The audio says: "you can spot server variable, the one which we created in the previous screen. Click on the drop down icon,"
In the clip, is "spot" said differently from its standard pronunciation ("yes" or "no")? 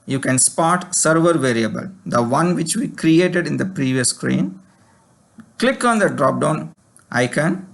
no